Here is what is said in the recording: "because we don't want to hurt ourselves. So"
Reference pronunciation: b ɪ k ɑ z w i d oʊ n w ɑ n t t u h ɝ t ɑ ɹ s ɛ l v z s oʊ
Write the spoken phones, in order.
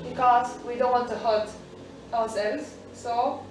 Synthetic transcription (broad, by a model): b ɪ k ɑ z w i d oʊ n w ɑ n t t u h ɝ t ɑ w s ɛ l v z s oʊ